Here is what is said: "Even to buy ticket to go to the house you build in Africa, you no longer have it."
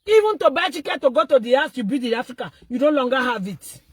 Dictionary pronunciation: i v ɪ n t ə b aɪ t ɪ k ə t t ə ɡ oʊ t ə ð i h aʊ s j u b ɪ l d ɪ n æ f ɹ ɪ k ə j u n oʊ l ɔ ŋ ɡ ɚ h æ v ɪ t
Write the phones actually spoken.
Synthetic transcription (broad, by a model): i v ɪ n t ə b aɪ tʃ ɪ k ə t t ə ɡ oʊ t ə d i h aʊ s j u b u d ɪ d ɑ f ɹ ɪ k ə j u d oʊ l ɔ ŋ ɡ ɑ h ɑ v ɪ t